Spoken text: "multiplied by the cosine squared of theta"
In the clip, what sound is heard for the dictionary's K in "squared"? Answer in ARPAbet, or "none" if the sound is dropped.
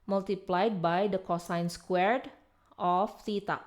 K